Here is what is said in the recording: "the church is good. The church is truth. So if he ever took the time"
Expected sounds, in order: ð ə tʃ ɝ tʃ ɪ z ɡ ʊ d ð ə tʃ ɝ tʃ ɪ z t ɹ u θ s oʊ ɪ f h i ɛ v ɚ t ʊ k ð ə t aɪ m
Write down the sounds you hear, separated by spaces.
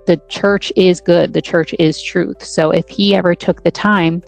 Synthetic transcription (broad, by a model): ð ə tʃ ɝ tʃ ɪ z ɡ ʊ d ð ə tʃ ɝ tʃ ɪ z t ɹ u θ s oʊ ɪ f h i ɛ v ɚ t ʊ k ð ə t aɪ m